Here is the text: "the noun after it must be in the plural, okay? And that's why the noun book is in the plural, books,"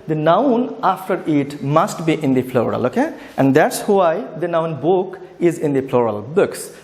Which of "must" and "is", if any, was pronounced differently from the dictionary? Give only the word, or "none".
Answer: none